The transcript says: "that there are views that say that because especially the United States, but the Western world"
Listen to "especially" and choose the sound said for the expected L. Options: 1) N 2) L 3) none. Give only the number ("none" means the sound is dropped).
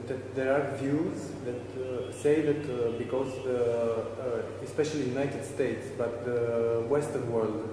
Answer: 3